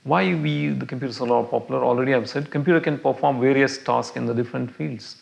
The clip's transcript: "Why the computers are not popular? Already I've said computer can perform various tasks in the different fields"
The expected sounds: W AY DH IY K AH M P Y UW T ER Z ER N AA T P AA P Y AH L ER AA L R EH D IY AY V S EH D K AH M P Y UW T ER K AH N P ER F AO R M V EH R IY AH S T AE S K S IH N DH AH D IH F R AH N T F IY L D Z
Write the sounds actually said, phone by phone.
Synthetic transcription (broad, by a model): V AY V IY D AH M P Y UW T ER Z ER L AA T P AA P Y AH L ER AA L R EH D IY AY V S EH D K AH M P Y UW T ER K AH N P ER F AO R M V EH R IY AH S T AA S K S IH N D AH D IH F R AH N T F IY L D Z